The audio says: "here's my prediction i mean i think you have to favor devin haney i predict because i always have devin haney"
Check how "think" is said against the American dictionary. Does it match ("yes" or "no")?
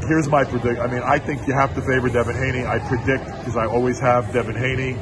yes